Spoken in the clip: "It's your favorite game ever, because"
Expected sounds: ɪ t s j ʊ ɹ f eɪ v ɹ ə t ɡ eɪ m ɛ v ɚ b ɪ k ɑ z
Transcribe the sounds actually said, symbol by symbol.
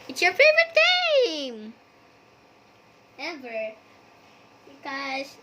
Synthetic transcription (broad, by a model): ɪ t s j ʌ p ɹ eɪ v ə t ɡ eɪ m ɛ v ɚ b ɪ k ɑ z